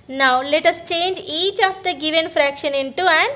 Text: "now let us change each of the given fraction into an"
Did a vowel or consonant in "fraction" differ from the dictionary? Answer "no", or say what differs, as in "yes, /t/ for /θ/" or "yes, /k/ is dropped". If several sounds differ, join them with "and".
no